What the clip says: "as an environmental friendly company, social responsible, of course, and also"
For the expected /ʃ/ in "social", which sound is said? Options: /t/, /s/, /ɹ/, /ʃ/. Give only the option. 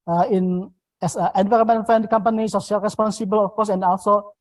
/s/